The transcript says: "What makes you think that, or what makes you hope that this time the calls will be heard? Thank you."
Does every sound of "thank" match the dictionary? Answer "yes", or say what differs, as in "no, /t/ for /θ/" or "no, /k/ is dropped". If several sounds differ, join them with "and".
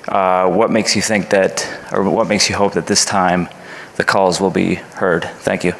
yes